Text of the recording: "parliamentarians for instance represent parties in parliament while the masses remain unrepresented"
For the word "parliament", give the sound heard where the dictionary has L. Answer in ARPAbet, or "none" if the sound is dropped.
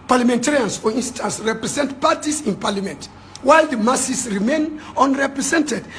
L